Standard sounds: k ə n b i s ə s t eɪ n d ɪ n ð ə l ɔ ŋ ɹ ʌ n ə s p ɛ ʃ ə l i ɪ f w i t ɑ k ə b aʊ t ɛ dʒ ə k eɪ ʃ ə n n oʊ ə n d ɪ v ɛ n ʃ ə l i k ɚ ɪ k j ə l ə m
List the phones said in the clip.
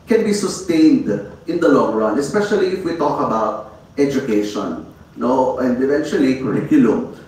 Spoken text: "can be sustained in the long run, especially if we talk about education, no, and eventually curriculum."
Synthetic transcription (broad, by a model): k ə n b i s ə s t eɪ n d ɪ n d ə l ɔ ŋ ɹ ʌ n ə s p ɛ ʃ ə l i ɪ f w i t ɑ k ə b aʊ t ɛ dʒ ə k eɪ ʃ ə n n oʊ ə n d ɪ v ɛ n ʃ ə l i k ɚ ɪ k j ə l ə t